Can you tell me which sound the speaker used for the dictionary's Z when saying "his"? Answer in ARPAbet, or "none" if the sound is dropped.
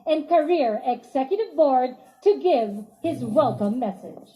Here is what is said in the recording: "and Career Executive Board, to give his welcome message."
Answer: Z